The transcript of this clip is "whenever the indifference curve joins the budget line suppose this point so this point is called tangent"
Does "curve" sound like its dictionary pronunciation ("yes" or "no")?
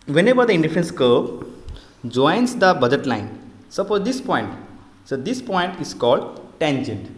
no